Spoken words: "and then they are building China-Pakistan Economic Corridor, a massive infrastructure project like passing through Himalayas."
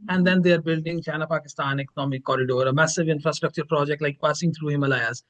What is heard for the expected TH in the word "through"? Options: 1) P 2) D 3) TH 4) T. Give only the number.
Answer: 4